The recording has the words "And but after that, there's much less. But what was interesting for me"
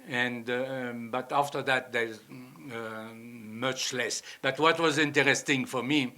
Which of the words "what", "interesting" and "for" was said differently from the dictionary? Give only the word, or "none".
none